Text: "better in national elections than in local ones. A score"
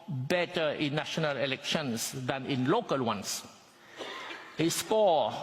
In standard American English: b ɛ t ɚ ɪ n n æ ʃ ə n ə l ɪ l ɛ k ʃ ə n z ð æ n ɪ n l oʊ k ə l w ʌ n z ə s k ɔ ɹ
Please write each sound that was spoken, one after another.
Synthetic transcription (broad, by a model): b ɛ t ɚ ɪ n n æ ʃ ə n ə l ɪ l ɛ k ʃ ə n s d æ n ɪ n l oʊ k ə l w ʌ n s ə s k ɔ